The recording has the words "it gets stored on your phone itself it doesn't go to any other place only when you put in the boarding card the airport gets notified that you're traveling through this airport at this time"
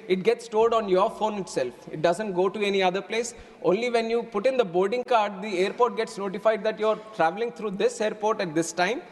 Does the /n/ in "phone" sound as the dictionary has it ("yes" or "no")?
yes